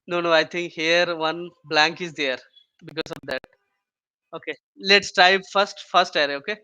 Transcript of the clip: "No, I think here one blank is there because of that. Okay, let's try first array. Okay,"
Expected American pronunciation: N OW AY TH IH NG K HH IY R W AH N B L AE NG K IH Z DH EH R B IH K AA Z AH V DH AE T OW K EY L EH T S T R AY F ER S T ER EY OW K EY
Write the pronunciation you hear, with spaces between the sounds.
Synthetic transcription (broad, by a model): N OW AY T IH NG K HH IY R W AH N B L AE NG K IH Z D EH R B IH K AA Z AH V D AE T OW K EY L EH T S T R AY F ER S T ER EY OW K EY